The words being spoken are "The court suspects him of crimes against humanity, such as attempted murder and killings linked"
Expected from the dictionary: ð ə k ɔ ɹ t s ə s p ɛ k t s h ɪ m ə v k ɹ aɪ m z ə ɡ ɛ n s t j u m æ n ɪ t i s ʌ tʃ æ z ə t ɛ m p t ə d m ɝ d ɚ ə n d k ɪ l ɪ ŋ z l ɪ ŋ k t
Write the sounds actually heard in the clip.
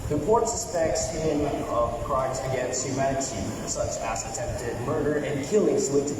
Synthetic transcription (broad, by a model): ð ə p ɔ ɹ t s ə s p ɛ k t s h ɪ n ə v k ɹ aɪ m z ə ɡ ɛ n s t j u m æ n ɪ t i s ʌ tʃ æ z ə t ɛ m p t ə d m ɝ d ɚ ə n k ɪ l ɪ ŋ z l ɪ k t